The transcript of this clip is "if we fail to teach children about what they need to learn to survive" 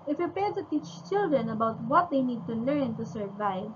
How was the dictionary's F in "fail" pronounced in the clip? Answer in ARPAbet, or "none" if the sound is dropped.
P